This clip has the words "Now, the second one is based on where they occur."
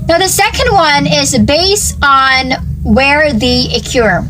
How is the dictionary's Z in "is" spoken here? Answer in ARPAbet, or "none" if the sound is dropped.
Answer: Z